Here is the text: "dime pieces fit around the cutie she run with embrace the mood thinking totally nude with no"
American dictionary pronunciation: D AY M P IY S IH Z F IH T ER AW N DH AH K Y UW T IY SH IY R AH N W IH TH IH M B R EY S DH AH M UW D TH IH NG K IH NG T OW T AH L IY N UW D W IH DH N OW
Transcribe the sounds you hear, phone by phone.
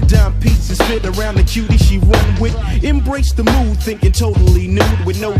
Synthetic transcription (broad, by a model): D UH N P IY S IH Z F IH T ER AW N DH AH K Y UW T IY SH IY W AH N W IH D IH M B R EY S DH AH M UW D TH IH NG K IH NG T OW T L IY N UW D W IH DH N OW